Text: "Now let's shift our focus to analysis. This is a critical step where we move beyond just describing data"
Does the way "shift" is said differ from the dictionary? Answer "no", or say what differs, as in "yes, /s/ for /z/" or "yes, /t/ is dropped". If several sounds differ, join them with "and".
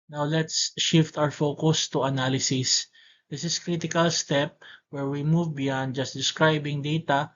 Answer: no